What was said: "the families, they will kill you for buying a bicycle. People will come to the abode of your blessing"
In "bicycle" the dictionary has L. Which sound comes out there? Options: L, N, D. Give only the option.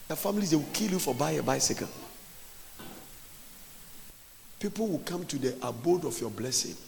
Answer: N